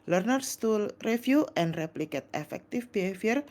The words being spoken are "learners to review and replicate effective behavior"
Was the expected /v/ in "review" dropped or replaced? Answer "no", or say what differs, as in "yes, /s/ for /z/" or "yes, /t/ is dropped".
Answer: yes, /f/ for /v/